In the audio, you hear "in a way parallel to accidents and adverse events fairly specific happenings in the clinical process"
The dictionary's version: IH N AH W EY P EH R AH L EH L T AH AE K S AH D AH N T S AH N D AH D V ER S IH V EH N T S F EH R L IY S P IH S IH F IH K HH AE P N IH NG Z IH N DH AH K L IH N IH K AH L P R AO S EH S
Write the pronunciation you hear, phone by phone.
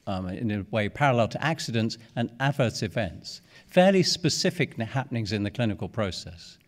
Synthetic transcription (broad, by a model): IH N AH W EY P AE R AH L EH L T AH AE K S AH D AH N T S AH N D AH D V ER S IH V EH N T S F EH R L IY S P IH S IH F IH K HH AE P N IH NG Z IH N DH AH K L IH N IH K AH L P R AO S EH S